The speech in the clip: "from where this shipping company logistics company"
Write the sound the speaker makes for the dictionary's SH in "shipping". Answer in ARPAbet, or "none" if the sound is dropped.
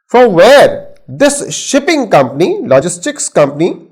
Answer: SH